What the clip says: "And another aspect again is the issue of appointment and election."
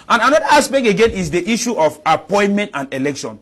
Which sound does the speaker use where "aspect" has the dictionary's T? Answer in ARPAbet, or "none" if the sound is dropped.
none